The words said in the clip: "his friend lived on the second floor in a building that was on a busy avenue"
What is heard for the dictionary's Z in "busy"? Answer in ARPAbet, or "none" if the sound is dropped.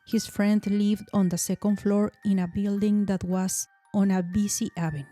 S